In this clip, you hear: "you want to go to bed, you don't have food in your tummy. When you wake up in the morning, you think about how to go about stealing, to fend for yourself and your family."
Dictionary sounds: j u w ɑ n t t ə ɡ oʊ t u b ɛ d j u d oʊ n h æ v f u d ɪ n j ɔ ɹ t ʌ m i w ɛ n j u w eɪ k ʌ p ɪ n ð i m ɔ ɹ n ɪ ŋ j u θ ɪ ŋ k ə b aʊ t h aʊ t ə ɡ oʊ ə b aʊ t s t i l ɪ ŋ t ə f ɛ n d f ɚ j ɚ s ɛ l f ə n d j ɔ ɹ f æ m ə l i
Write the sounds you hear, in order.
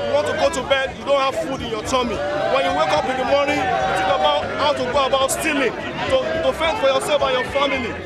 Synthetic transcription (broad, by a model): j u w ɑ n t t ə ɡ oʊ t u b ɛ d j u d oʊ n h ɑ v f u d ɪ n j ɔ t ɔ m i w ɛ n j u w eɪ k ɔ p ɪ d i m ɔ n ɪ j u t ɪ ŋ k ə b aʊ t h aʊ t ə ɡ oʊ ə b aʊ t s t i l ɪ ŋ t ə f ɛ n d f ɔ j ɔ s ɛ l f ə j ɔ f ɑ m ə l i